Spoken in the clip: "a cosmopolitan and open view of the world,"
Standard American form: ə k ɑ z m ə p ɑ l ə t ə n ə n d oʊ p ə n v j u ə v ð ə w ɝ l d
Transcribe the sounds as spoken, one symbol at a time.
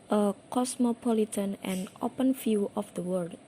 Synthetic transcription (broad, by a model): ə k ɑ s m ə p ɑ l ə t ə n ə n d oʊ p ə n f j u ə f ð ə w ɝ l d